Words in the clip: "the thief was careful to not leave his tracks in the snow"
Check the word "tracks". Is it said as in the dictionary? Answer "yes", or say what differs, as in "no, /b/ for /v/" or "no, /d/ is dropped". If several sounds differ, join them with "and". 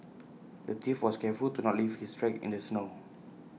no, /s/ is dropped